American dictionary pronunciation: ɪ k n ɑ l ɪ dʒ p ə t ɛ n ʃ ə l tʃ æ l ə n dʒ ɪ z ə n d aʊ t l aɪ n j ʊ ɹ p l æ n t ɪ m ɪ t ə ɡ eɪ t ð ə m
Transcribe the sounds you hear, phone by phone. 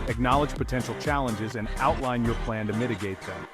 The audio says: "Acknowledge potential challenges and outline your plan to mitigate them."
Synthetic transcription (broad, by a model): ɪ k n ɑ l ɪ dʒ p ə t ɛ n ʃ l tʃ æ l ə n dʒ ɪ z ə n aʊ t l aɪ n j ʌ ɹ p l æ n t ɪ m ɪ t ə ɡ eɪ t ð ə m